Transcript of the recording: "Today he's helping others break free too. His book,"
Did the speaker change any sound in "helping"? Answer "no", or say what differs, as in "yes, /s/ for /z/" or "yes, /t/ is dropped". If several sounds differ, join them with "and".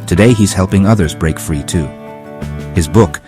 no